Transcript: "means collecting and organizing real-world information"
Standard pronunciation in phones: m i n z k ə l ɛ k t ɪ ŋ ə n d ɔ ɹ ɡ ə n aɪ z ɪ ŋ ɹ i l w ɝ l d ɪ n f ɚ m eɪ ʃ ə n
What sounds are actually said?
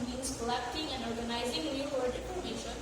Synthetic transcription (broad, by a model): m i n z k ə l ɛ k t ɪ ŋ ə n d ɔ ɹ ɡ ə n aɪ z ɪ ŋ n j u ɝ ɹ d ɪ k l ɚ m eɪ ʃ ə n